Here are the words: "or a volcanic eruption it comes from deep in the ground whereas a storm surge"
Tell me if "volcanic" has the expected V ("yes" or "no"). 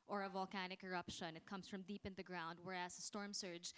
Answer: yes